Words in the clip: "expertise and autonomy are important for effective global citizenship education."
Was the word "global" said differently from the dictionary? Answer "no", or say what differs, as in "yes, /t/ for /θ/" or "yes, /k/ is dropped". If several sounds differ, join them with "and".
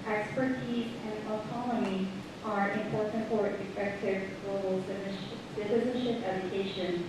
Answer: yes, /b/ is dropped